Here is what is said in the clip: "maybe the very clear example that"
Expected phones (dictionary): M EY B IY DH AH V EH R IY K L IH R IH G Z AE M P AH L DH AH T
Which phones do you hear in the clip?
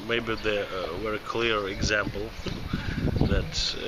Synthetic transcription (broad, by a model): M EY B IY DH AH W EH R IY K L IH R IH G Z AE M P L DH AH T